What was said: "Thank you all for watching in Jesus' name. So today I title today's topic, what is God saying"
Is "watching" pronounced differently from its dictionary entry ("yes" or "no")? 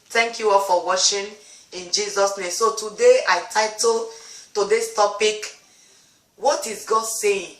yes